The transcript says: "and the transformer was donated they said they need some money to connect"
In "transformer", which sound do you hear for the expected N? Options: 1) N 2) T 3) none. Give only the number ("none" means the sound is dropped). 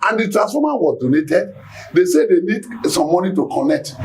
3